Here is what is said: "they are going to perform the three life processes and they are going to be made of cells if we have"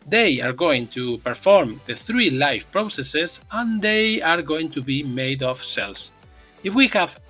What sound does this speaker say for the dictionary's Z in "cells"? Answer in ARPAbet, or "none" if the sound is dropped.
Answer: S